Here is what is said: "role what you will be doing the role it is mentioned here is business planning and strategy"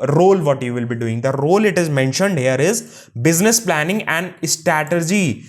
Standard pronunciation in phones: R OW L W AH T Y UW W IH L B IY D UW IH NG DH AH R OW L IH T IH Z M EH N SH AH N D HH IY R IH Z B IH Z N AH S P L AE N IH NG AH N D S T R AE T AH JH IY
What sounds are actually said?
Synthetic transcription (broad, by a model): R OW L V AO T Y UW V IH L B IY D UW IH NG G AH R OW L IH T IH Z M EH N SH AH N D HH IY R IH Z B IH Z N AH S P L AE N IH NG AH N D S T R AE T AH JH IY